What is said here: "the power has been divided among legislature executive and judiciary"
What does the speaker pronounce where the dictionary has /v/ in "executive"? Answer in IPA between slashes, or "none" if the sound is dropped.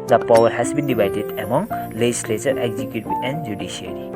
none